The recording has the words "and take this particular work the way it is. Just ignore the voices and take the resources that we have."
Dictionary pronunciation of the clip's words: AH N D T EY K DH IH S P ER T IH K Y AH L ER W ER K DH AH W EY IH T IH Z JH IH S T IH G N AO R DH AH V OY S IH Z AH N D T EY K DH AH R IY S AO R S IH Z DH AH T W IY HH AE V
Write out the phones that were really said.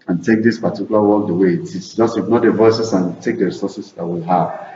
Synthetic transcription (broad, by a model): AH N T EY K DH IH S P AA T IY K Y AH L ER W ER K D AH W EY IH T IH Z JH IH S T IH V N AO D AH V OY S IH S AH N T EY K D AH R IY S AO S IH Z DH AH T W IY HH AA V